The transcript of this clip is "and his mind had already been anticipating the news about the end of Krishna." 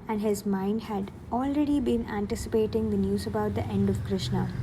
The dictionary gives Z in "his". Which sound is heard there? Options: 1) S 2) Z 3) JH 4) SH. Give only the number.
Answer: 2